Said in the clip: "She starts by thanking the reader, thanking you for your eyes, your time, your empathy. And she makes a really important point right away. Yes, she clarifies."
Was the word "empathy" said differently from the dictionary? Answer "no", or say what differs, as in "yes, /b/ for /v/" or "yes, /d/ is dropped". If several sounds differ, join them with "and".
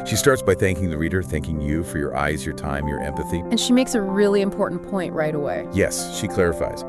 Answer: no